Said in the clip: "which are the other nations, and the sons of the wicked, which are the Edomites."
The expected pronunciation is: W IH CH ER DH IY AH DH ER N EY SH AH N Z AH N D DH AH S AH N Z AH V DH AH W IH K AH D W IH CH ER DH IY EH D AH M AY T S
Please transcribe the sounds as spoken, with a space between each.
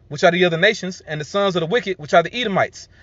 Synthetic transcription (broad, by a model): W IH CH ER DH IY AH DH ER N EY SH AH N Z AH N DH AH S AH N Z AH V DH AH W IH K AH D W IH CH ER DH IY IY D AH M AY T S